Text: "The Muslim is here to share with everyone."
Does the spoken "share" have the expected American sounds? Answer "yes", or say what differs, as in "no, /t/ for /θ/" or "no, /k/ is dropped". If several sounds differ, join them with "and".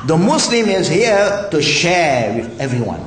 yes